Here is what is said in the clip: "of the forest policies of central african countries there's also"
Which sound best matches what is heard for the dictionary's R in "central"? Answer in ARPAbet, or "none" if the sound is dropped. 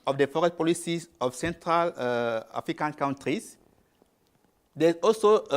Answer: R